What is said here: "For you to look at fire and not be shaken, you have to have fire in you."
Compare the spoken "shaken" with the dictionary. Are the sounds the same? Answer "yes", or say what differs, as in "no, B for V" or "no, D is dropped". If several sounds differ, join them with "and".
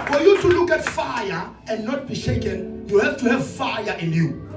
yes